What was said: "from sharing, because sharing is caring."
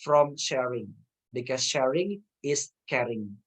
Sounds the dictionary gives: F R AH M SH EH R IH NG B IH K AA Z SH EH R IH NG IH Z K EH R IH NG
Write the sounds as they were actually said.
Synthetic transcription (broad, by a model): F R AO M SH EH R IH NG B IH K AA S SH EH R IH NG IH S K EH R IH NG